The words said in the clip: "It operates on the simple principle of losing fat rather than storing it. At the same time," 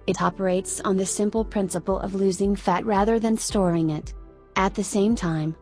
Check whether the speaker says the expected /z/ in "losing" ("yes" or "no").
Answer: yes